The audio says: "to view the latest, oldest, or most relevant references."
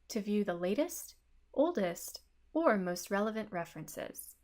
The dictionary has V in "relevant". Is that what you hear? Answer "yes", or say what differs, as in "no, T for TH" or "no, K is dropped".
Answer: yes